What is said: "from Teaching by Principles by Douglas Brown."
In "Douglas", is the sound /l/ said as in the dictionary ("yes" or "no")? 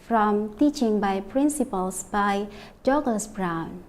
no